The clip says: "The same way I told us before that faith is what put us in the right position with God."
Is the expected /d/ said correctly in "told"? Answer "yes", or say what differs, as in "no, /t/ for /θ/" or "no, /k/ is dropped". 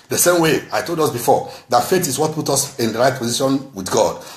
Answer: yes